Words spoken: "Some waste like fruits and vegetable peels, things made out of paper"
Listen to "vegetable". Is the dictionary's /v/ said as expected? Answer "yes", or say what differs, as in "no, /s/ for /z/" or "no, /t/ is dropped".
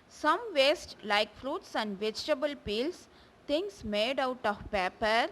yes